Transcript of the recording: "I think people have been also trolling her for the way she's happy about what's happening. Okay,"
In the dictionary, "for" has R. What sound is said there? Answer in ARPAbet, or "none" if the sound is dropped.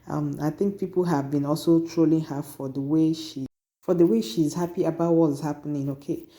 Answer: W